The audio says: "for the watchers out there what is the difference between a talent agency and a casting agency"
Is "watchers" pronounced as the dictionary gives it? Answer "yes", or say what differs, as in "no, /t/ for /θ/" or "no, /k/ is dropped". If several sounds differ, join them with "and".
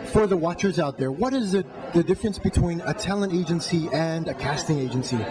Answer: yes